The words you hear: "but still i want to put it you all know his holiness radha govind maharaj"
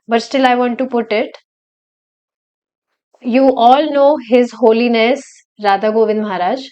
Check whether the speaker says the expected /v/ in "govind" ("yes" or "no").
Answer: yes